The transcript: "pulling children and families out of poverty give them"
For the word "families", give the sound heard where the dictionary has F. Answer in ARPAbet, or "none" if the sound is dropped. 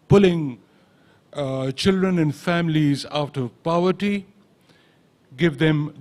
F